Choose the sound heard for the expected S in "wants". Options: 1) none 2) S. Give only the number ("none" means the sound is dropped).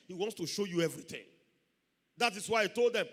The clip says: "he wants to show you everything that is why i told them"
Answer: 2